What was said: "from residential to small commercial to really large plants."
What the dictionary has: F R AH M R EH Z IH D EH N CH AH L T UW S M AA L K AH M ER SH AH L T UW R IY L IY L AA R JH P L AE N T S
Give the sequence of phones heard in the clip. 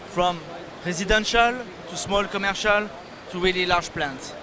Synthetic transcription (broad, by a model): F R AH M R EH Z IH D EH N SH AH L T UW S M AA L K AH M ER SH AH L T UW W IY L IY L AA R ZH P L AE N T